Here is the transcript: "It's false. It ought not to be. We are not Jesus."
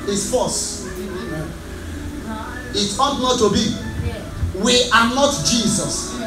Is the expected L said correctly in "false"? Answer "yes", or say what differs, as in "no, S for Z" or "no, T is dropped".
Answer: no, L is dropped